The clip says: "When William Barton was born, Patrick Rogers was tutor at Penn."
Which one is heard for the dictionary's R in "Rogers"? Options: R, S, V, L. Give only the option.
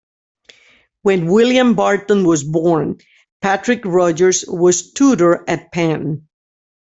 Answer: R